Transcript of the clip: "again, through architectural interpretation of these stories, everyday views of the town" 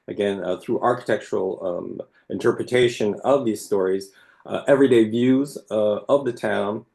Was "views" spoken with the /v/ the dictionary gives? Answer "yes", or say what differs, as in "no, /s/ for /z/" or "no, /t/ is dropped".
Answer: yes